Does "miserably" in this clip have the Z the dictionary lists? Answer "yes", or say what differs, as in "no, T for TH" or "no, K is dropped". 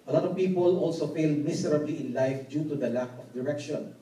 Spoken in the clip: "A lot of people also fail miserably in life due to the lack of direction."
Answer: no, S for Z